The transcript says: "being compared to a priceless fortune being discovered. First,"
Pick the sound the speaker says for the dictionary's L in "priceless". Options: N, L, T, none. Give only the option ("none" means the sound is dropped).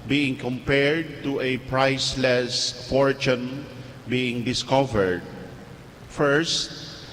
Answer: L